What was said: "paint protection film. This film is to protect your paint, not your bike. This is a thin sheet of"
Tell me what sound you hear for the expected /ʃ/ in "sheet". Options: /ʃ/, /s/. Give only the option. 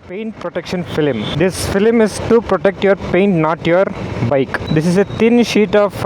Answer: /ʃ/